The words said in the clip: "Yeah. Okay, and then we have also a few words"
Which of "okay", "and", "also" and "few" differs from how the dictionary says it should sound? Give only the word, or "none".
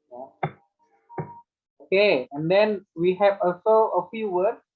none